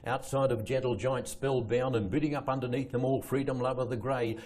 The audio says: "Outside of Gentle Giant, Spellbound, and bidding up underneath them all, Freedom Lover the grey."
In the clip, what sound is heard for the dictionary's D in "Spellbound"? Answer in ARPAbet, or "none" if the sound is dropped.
none